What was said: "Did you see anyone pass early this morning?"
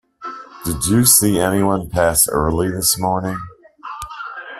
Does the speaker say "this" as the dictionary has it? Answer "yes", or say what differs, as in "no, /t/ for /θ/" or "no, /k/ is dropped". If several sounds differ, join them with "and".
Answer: yes